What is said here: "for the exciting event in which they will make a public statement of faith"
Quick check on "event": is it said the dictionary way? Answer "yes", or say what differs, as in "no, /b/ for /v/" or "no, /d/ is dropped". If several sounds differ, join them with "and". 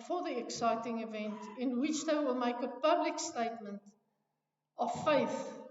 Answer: yes